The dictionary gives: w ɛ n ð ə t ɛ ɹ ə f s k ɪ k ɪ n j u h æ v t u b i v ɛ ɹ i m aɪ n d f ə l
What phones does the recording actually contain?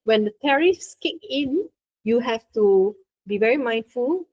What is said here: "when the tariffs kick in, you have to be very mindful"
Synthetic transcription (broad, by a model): w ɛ n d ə t ɛ ɹ ə f s k ɪ k ɪ n j u h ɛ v t u b i v ɛ ɹ i m aɪ n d f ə l